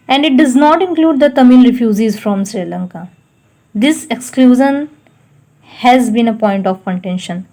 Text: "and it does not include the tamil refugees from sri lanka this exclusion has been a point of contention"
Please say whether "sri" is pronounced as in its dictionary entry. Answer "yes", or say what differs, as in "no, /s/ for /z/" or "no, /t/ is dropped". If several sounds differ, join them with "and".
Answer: yes